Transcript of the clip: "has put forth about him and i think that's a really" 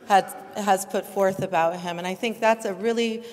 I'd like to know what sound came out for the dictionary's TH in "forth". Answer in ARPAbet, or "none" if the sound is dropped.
TH